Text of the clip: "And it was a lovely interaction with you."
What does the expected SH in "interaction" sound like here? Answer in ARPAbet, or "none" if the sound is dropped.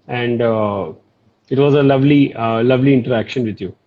SH